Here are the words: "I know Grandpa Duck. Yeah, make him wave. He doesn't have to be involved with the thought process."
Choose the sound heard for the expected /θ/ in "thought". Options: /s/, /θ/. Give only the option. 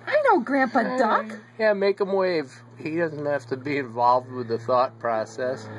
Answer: /θ/